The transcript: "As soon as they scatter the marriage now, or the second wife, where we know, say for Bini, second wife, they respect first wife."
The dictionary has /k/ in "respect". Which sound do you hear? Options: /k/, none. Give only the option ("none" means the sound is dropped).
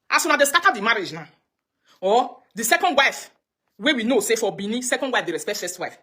none